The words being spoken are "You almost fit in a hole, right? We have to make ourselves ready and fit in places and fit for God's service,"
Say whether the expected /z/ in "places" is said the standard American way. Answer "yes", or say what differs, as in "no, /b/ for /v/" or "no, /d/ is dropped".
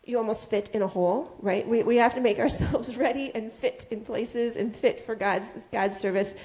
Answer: yes